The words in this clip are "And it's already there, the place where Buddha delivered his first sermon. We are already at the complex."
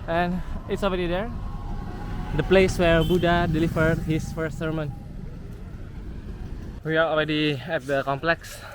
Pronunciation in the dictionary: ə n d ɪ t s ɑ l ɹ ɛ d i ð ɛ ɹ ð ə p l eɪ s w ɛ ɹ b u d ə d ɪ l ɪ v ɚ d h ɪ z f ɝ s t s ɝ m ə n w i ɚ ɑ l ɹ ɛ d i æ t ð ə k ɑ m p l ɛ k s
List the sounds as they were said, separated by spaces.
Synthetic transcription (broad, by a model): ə n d ɪ t s ɑ l ɹ ɛ d i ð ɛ ɹ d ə p l eɪ s w ɛ ɹ b u d ə d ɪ l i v ɚ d h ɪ s f ɝ s t s ɝ m ə n w i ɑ ɑ l ɹ ɛ d i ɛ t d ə k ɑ m p l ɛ k s